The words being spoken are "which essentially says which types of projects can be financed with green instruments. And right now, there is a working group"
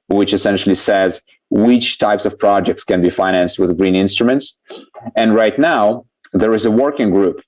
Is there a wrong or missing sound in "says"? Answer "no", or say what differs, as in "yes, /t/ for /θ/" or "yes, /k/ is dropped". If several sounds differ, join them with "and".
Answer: no